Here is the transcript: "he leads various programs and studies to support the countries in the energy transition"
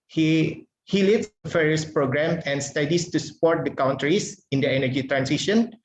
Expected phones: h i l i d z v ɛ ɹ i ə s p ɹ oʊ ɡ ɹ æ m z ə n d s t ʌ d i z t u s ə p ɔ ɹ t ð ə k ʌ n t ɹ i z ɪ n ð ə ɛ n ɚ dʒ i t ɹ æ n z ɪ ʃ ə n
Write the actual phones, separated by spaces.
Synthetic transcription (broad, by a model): h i l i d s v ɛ ɹ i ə s p ɹ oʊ ɡ ɹ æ m ə n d s t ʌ d i s t u s ə p ɔ ɹ t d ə k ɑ n t ɹ i s ɪ n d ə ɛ n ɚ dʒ i t ɹ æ n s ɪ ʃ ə n